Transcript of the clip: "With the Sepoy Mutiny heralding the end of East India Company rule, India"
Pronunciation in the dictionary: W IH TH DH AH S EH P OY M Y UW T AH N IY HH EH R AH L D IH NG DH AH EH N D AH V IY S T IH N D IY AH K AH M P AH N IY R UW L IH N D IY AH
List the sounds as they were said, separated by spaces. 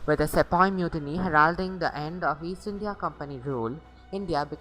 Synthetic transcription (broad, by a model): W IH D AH S EH P OY M Y UW T AH N IY HH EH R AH L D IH NG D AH EH N D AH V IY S IH N D IY AH K AH M P AH N IY R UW L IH N D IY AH